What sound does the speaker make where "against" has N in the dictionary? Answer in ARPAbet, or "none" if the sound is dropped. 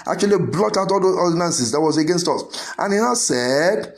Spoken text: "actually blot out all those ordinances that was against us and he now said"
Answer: N